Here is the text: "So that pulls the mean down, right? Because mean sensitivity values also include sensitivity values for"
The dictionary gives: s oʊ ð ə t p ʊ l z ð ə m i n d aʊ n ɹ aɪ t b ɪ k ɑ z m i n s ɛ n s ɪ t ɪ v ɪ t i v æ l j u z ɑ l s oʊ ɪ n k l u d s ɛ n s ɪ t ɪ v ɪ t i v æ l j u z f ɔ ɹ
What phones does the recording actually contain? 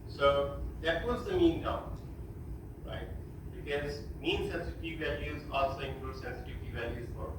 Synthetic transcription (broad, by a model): s oʊ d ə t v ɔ z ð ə m i n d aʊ ɹ aɪ t b ɪ k ɑ z m i n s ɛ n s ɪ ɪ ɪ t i v æ l j u z ɑ l s oʊ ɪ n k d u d s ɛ n s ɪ t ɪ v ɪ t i v æ l j u z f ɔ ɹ